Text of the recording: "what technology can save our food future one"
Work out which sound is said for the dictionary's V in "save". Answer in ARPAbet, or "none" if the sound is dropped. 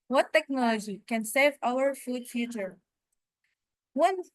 V